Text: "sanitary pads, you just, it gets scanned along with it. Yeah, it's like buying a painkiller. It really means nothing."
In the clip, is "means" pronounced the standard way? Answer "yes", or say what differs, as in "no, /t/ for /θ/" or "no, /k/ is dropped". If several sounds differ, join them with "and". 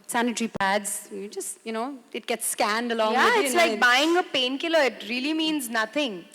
yes